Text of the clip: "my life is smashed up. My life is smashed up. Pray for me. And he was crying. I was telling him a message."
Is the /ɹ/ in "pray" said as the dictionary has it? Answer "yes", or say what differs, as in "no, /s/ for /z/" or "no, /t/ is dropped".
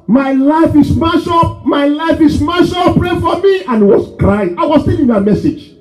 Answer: yes